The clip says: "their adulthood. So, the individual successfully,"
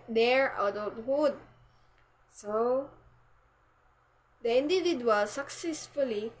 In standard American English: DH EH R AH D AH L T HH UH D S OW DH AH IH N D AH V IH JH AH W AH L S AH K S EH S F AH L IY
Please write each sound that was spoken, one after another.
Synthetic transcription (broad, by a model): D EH R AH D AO T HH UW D S OW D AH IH N D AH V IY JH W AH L S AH K S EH S F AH L IY